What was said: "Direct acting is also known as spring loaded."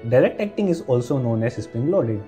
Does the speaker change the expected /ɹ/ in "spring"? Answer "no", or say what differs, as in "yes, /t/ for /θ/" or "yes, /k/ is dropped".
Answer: yes, /ɹ/ is dropped